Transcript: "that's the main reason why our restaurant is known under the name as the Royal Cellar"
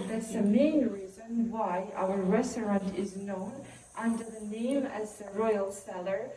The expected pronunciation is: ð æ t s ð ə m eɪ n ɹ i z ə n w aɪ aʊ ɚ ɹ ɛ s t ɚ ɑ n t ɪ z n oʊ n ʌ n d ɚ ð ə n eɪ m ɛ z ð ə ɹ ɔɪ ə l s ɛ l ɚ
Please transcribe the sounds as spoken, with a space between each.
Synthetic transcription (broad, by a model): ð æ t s ð ə m eɪ n ɹ i z ə n w aɪ aʊ ɚ ɹ ɛ s t ɚ ɑ n t ɪ z n oʊ n ʌ n d ɚ ð ə n eɪ m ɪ z ð ə ɹ ɔɪ ə l s ɛ l ɚ